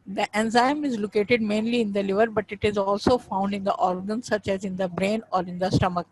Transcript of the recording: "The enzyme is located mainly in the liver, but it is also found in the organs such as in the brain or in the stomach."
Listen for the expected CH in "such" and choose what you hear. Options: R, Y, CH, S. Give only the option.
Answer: CH